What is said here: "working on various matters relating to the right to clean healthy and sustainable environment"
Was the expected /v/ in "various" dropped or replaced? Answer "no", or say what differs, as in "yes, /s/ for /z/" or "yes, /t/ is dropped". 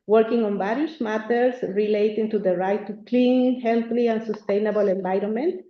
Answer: yes, /b/ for /v/